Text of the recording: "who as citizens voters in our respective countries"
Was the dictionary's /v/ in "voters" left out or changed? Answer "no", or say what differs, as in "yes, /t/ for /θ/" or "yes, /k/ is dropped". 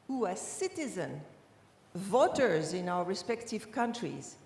no